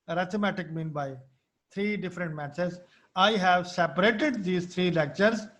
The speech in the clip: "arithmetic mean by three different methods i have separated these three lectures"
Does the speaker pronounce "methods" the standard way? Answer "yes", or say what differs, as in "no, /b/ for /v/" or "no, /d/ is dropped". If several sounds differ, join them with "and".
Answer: no, /s/ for /θ/